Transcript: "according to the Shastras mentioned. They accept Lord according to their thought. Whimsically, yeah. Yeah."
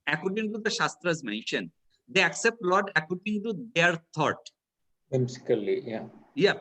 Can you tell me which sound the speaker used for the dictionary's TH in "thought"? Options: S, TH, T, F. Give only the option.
T